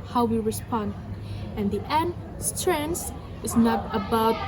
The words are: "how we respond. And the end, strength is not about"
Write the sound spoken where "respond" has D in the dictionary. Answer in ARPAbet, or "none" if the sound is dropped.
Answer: D